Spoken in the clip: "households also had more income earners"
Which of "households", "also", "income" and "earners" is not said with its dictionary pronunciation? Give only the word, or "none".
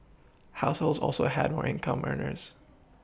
none